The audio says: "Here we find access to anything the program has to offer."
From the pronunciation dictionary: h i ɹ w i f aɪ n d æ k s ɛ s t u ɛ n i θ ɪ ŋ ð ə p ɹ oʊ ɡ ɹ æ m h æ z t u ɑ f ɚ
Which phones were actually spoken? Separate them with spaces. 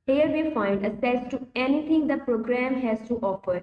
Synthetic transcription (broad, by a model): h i ɹ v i f aɪ n d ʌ s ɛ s t u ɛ n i t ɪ ŋ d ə p ɹ oʊ ɡ ɹ æ m h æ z t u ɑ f ɚ